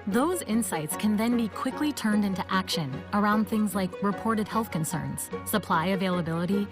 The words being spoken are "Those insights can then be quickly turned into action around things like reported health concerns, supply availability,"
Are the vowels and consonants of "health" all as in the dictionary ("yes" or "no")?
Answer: yes